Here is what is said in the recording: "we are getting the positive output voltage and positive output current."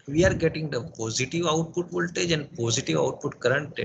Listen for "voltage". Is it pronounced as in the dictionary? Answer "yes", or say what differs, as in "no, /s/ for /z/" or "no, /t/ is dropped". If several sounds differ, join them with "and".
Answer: yes